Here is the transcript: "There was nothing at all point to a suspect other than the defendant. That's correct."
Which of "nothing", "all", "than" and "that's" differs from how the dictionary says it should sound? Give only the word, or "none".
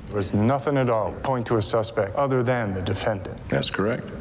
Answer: none